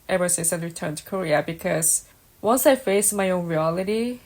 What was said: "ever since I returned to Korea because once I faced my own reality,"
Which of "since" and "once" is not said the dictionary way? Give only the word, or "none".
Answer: since